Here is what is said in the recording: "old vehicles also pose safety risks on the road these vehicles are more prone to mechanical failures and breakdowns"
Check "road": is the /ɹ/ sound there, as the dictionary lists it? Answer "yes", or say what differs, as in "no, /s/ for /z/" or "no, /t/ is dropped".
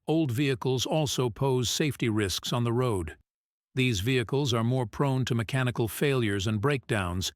yes